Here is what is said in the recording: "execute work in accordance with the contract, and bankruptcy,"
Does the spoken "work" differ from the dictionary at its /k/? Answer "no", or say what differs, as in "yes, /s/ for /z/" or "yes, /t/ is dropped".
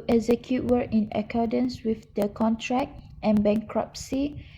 yes, /k/ is dropped